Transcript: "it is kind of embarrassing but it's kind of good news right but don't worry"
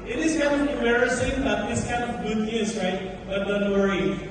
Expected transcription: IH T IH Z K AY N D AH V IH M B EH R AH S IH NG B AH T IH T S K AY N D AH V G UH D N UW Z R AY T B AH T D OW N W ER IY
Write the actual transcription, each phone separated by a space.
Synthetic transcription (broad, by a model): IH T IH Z K AY N D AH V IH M EH R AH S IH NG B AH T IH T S K AY N D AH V G UH D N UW S R AY T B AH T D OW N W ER IY